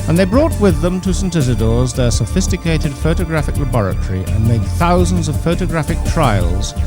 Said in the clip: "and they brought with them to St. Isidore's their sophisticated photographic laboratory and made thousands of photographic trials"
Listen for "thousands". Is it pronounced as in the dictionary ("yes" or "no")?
yes